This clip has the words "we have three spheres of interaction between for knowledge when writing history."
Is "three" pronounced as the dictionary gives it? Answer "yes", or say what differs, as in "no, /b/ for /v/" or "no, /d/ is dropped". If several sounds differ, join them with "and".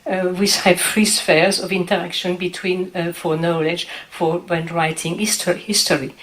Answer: no, /f/ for /θ/